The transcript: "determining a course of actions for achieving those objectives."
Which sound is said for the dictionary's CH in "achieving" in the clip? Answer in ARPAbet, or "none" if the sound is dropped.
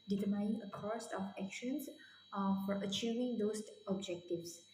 CH